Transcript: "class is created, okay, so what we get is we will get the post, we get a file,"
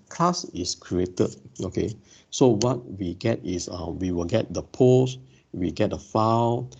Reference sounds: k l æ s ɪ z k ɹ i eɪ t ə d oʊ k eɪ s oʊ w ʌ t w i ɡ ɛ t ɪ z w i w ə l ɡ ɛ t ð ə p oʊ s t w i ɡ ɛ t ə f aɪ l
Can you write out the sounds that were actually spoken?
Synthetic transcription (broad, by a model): k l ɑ s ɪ s k ɹ i eɪ t ə d oʊ k eɪ s oʊ w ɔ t w i ɡ ɛ t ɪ s w i w ə l ɡ ɛ t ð ə p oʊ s w i ɡ ɛ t ə f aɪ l